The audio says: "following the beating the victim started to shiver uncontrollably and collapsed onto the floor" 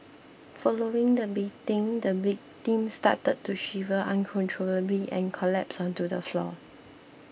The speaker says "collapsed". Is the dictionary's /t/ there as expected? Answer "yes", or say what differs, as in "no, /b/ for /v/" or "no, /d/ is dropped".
no, /t/ is dropped